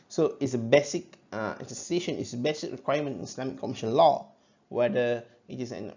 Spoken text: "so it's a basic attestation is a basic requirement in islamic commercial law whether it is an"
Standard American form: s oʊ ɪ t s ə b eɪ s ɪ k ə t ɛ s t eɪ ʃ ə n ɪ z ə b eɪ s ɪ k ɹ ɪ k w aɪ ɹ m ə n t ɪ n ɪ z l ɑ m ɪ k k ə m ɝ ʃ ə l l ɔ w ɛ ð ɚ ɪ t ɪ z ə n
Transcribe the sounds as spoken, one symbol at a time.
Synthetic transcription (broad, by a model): s oʊ ɪ t s ə b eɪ s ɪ k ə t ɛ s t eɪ ʃ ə n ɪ s ə b eɪ s ɪ k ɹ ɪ k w aɪ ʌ m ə n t ɪ n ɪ s l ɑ m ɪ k k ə m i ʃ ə n l ɔ w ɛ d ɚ ɪ t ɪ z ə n